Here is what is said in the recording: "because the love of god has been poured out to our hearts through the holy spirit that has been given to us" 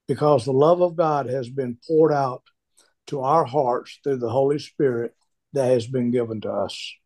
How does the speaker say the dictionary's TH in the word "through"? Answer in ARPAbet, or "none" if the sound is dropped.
TH